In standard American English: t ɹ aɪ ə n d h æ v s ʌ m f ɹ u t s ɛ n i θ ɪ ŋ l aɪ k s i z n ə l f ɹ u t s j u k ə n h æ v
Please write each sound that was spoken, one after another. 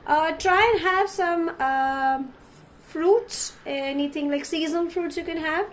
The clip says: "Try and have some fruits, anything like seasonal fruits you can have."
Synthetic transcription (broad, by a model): t ɹ aɪ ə n h æ v s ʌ m f ɹ u t s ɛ n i t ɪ ŋ l aɪ k s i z ə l f ɹ u t s j u k ə n h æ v